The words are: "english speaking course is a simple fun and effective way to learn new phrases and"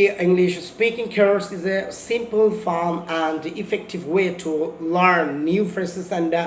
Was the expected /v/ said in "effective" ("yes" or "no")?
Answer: yes